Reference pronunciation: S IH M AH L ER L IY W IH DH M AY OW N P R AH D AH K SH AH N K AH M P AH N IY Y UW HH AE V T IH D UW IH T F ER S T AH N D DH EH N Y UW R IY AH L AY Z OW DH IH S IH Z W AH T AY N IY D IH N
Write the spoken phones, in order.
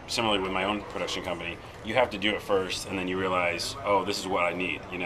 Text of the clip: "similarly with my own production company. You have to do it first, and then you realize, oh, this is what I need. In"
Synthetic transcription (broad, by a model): S IH M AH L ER L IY W IH DH M AY OW N P R AH D AH K SH AH N K AH M P AH N IY Y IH HH AE F T IH D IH IH T F ER S T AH N DH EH N Y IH R IY AH L AY Z OW DH IH S IH Z W AH T AY N IY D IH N